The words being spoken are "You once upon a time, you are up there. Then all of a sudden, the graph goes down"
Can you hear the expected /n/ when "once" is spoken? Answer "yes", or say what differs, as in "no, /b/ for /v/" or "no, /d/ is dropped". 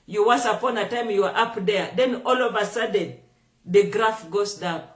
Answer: no, /n/ is dropped